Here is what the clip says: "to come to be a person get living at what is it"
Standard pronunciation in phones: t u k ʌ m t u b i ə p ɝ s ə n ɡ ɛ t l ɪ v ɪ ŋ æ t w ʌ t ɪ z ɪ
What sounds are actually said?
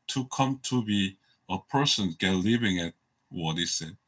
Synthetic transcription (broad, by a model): t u k ʌ m t u b i ə p ɝ s ə n ɡ ɛ t l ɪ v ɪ ŋ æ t w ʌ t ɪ s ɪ